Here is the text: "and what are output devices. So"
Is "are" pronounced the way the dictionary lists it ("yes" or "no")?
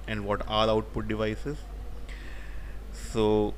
no